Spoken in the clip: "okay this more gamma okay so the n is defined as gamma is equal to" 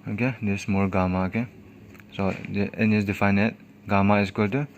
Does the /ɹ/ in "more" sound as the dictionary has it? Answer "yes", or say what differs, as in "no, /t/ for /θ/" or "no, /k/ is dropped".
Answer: no, /l/ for /ɹ/